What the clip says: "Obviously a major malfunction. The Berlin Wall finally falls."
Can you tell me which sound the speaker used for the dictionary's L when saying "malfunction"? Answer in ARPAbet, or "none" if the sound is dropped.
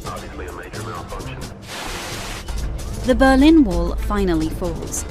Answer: N